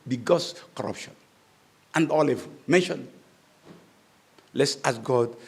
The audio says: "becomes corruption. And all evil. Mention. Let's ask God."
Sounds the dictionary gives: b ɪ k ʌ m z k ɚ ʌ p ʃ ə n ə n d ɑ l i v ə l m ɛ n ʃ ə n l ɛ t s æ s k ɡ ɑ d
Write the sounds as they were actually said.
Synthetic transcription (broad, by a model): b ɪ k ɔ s k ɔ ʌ p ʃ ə n ə n d ɑ l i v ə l m ɛ n ʃ ə n l ɛ t s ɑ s ɡ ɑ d